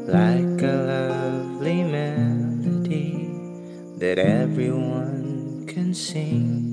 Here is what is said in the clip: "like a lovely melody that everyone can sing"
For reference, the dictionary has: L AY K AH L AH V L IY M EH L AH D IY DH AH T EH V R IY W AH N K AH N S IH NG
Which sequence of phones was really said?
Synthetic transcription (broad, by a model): L AY K AH L AH V L IY M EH N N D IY DH AH T EH V R IY W AH N K AH N S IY